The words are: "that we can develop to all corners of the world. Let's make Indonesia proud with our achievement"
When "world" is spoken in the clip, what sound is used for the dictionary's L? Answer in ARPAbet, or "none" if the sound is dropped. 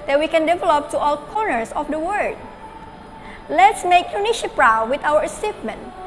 none